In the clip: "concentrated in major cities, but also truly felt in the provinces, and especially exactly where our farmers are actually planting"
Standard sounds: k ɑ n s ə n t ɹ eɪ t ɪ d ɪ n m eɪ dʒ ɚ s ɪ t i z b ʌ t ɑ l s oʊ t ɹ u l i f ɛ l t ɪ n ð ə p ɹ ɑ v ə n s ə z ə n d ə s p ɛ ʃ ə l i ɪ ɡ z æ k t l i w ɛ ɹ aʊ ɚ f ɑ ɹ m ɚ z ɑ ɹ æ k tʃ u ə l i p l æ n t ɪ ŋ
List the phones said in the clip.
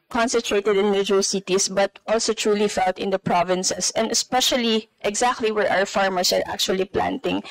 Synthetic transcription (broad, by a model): k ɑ n s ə n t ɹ eɪ t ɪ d ɪ n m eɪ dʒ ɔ s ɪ t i s b ʌ t ɑ l s oʊ t ɹ u l i f ɛ l t ɪ n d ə p ɹ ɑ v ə n s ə s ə n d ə s p ɛ ʃ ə l i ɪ ɡ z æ k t l i w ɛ ɹ aʊ ɚ f ɑ ɹ m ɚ s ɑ ɹ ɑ k tʃ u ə l i p l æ n t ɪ ŋ